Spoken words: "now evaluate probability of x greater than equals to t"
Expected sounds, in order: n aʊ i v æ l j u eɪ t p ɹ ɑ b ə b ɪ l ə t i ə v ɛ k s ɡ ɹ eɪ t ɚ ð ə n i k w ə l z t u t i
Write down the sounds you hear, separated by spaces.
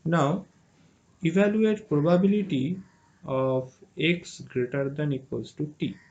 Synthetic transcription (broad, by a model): n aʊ i v æ l j u eɪ t p ɹ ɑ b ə b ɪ l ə t i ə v ɛ k s ɡ ɹ eɪ t ɚ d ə n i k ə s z t u t i